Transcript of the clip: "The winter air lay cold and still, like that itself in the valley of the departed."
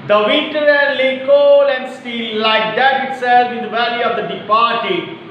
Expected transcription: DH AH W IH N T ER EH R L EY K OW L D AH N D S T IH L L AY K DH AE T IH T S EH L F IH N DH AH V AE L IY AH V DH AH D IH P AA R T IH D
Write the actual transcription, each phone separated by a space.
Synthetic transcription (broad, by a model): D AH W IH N T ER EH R L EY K OW L AH N D S T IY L L AY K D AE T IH T S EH L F IH N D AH V AE L IY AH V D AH D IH P AA R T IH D